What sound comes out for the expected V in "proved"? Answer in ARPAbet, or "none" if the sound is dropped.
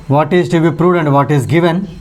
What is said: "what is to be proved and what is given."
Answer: none